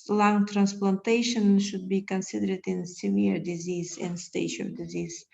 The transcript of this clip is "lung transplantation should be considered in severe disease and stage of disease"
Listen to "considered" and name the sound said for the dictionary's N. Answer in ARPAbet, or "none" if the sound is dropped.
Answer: N